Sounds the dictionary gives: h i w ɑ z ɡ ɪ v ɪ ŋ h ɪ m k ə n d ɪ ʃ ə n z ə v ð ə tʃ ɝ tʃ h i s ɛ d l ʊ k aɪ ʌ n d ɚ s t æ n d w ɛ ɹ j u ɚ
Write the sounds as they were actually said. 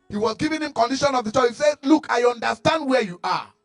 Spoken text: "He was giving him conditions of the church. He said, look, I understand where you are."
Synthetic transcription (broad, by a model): h i w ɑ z ɡ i v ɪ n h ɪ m k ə n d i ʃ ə n ə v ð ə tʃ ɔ h i s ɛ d l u k aɪ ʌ n d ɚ s t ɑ n d w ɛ j u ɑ